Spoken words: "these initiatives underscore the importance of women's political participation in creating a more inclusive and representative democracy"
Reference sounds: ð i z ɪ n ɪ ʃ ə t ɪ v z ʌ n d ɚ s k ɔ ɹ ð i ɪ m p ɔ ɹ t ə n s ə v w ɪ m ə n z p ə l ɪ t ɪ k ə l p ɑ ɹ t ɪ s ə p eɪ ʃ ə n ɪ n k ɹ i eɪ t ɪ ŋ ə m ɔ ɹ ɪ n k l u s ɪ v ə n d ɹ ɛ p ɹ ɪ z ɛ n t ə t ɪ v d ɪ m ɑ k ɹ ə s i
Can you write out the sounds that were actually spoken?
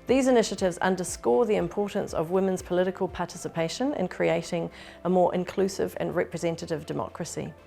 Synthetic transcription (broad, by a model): ð i z ɪ n ɪ ʃ ə t ɪ v z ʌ n d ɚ s k ɔ ð i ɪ m p ɔ t n s ə v w ɪ m ə n z p ə l ɪ t ɪ k ə l p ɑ t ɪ s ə p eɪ ʃ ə n ɪ n k ɹ i eɪ t ɪ ŋ ə m ɔ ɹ ɪ n k l u s ɪ v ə n ɹ ɛ p ɹ ɪ z ɛ n t ə t ɪ v d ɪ m ɑ k ɹ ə s i